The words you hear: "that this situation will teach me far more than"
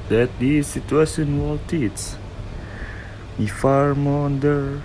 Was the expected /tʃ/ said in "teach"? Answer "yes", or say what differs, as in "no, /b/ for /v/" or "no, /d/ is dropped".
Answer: no, /s/ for /tʃ/